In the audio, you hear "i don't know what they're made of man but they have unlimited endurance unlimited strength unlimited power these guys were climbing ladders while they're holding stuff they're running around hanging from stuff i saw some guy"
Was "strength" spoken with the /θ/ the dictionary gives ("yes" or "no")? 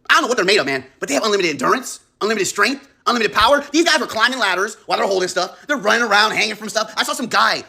yes